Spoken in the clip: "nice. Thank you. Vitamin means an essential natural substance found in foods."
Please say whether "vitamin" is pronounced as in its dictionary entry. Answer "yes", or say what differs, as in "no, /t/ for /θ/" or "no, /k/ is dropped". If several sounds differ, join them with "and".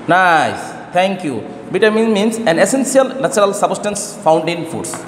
no, /b/ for /v/